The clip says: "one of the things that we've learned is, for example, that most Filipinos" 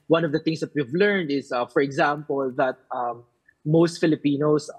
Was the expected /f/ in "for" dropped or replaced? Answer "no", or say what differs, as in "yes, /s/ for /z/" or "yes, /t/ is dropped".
no